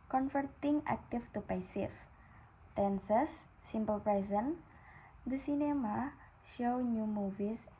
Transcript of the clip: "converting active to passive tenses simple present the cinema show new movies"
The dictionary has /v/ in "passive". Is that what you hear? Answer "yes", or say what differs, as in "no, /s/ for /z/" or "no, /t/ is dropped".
no, /f/ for /v/